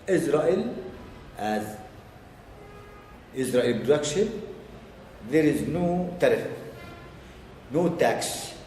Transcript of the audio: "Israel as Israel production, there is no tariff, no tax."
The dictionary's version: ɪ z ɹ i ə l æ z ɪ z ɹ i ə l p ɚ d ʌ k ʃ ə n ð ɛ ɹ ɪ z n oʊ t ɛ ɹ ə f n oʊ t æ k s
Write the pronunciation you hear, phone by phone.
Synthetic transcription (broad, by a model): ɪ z ɹ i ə l æ z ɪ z ɹ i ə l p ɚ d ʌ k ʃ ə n ð ɛ ɹ ɪ z n oʊ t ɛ ɹ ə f n oʊ t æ k s